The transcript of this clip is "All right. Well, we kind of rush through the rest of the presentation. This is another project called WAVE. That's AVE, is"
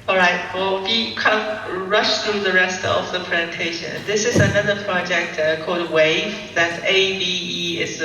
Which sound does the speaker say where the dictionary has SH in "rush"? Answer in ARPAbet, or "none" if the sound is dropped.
SH